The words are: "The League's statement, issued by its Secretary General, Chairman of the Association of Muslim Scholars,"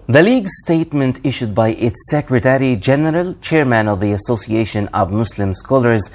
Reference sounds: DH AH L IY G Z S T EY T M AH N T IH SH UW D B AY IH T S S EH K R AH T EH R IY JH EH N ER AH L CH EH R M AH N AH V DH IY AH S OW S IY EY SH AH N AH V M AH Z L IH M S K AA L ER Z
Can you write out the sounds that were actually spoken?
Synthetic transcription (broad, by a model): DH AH L IY G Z S T EY T M AH N T IH SH UW D B AY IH T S S EH K R AH T EH R IY JH EH N ER AH L CH EH R M AH N AH V DH IY AH S OW S IY EY SH AH N AH V M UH S L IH M S K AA L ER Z